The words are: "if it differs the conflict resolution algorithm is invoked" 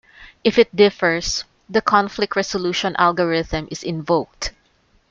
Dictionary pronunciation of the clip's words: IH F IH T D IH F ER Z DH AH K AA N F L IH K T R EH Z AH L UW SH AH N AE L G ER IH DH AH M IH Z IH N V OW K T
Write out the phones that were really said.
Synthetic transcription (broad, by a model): IH F IH T D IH F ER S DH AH K AA N F L IH K T R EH S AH L UW SH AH N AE L G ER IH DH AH M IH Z IH N V OW K T